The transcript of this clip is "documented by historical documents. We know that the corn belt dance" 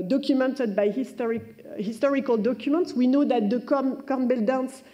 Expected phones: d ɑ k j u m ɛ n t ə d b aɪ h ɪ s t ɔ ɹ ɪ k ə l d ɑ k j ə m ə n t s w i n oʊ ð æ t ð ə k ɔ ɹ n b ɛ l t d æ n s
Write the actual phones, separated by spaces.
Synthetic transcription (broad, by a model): d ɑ k j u m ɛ n t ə d b aɪ h ɪ s t ɔ ɹ ɪ k ə l d ɑ k j ə m ə n t s w i n oʊ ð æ t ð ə k ɔ ɹ n b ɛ l d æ n s